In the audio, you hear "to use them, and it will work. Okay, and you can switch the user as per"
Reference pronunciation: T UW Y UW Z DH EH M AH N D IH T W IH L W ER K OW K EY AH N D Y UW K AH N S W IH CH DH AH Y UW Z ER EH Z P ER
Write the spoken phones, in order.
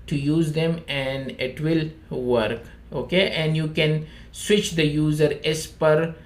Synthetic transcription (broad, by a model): T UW Y UW Z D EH M AH N D IH T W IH L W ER K OW K EY AH N D Y UW K AH N S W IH CH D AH Y UW Z ER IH S P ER